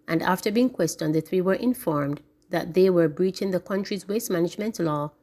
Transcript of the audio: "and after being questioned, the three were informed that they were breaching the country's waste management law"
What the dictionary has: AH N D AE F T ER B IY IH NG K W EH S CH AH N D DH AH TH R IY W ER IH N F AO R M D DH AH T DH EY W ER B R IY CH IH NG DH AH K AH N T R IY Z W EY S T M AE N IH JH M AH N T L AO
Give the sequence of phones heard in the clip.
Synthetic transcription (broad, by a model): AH N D AE F T ER B IY IH NG K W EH S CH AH N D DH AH TH R IY W ER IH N F AO R M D DH AH T DH EY W ER B R IY CH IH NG DH AH K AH N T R IY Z W EY S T M AE N IH JH M AH N T L AO